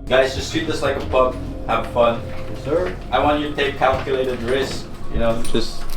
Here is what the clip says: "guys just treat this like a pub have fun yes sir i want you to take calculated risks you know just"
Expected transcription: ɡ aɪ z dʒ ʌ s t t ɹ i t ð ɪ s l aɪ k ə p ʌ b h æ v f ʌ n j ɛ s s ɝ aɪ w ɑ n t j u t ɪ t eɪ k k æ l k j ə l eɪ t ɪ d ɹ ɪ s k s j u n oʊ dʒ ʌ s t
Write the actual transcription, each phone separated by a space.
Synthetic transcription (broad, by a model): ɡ aɪ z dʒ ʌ s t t i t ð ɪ s l aɪ k ə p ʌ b h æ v f ʌ n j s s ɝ aɪ w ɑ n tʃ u t ɪ t eɪ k k æ l k j ə l eɪ t ɪ d ɹ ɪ s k j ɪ n oʊ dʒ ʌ s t